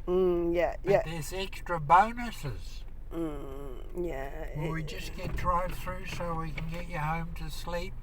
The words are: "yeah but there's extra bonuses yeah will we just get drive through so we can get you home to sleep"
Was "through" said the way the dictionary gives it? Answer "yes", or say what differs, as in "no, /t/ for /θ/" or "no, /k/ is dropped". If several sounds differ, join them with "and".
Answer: yes